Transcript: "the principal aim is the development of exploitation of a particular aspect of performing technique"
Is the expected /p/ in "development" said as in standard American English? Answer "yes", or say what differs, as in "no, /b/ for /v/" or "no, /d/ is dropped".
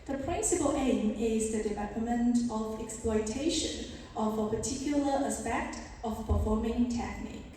no, /p/ is dropped